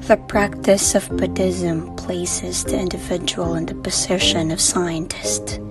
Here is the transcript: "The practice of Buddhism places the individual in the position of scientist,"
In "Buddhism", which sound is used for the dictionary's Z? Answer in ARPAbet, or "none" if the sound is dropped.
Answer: Z